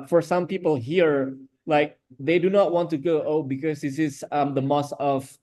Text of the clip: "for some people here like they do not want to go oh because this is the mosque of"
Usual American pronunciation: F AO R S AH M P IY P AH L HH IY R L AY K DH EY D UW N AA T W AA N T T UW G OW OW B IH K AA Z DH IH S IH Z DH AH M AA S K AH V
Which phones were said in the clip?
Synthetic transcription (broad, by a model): F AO R S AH M P IY P AH L HH IY R L AY K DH EY D UW N AA T W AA N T T UW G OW OW B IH K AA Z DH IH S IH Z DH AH M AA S AH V